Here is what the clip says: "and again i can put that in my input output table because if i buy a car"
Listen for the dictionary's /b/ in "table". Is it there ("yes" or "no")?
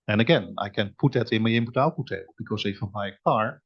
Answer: no